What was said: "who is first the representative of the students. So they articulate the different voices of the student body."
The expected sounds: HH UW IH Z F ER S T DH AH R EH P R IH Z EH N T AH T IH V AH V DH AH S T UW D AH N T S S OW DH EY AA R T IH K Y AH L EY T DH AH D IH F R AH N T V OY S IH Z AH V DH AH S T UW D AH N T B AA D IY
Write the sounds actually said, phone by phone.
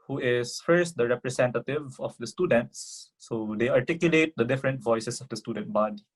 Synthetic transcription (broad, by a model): HH UW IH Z F ER S T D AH R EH P R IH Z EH N T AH T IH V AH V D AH S T UW D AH N T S S OW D EY AA R T IH K Y AH L EY T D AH D IH F R AH N T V OY S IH S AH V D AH S T UW D AH N T B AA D IY